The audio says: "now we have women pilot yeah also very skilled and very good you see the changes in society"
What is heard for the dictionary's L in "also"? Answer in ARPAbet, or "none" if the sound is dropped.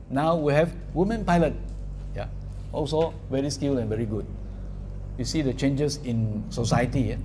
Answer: L